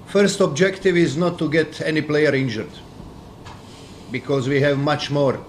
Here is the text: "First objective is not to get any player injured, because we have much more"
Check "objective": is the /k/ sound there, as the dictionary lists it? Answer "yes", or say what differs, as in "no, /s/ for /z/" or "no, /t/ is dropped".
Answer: yes